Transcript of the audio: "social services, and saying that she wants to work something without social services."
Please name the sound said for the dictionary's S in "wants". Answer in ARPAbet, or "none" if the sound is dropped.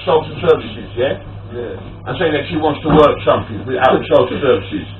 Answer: S